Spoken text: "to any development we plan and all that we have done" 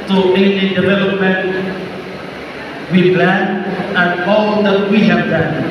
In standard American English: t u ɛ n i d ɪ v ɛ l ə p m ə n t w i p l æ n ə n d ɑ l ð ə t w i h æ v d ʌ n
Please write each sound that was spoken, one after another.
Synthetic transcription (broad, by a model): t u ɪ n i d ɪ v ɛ l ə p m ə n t w i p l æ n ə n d ɑ l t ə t w i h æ p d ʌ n